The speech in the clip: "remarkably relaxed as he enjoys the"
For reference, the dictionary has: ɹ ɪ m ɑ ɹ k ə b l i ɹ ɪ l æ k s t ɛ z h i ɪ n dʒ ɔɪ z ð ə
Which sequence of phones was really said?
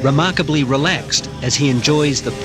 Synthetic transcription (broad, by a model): ɹ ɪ m ɑ ɹ k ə b l i ɹ ɪ l æ k s t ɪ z i ɪ n dʒ ɔɪ z ð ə